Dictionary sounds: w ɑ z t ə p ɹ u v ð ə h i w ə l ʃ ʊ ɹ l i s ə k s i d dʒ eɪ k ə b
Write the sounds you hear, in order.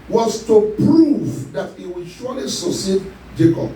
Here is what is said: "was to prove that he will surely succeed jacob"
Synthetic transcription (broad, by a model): w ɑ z t ə p ɹ u v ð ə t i w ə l ʃ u l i s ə s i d dʒ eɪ k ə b